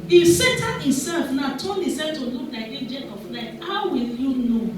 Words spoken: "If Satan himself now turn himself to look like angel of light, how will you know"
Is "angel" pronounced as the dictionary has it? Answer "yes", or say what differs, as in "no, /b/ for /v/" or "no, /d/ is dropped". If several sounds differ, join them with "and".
no, /n/ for /l/